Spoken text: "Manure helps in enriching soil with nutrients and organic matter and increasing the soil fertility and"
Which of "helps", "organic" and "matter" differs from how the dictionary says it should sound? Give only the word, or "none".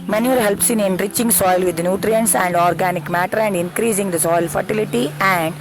none